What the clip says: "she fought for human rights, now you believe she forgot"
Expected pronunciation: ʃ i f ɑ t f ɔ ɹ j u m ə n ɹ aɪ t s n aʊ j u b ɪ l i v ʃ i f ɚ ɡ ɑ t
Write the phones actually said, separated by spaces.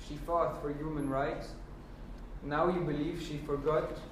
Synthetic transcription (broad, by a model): ʃ i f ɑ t f ɔ ɹ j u m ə n ɹ aɪ t s n aʊ j u b ɪ l i v ʃ i f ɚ ɡ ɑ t